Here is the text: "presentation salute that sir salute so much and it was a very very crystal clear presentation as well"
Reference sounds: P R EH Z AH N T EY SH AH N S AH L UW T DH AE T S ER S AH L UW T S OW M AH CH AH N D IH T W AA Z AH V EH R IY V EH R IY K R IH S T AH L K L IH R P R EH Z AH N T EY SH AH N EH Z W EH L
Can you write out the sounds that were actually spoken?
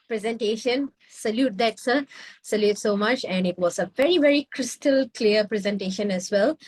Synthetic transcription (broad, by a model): P R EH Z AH N T EY SH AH N S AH L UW T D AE T S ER S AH L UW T S OW M AH CH AH N D IH T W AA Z AH V EH R IY V EH R IY K R IH S T AH L K L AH R P R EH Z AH N T EY SH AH N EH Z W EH L